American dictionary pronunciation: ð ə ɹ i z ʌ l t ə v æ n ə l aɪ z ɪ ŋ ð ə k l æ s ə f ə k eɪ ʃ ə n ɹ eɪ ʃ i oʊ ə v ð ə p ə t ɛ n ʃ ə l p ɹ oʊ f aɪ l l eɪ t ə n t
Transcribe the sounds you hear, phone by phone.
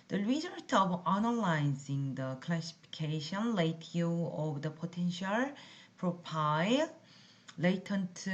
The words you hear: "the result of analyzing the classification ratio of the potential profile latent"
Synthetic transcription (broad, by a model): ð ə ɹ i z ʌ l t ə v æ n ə l aɪ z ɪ ŋ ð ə k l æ s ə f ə k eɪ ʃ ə n l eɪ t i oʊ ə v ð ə p ə t ɛ n ʃ ə l p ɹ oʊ p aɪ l l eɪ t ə n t